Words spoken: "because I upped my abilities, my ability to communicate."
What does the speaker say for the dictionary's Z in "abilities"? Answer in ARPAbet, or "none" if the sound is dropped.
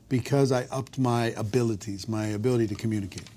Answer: Z